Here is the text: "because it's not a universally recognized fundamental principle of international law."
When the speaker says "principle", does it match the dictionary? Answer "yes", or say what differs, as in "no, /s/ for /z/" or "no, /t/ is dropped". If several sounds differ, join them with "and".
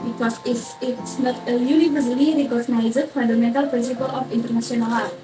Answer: yes